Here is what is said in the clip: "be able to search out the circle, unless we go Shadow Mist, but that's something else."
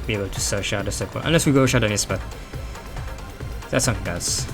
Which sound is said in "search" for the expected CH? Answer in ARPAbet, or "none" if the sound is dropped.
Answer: SH